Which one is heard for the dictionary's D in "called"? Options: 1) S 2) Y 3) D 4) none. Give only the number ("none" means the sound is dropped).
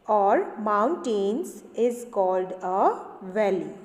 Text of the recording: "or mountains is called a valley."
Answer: 3